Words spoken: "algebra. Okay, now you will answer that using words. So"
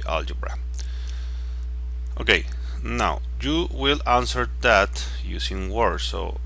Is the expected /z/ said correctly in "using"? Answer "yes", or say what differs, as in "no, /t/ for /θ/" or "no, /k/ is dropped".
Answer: no, /s/ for /z/